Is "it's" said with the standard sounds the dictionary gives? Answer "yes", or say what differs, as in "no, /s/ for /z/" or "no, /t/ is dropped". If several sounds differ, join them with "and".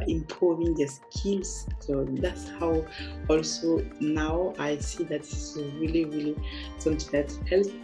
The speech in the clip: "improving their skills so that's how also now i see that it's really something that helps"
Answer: no, /s/ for /t/